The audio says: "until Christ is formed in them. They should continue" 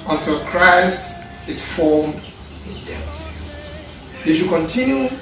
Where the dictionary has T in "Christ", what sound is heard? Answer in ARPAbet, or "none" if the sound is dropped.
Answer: T